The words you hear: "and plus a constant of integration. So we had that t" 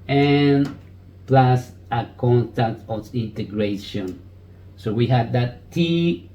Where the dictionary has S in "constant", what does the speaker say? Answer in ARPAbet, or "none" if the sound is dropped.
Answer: none